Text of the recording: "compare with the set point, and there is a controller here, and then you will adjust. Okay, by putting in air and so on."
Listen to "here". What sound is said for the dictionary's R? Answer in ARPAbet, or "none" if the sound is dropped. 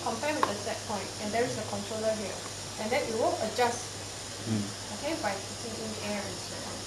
L